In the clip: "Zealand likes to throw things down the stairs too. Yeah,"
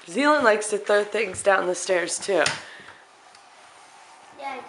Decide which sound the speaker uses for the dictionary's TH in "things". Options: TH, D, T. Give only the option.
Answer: TH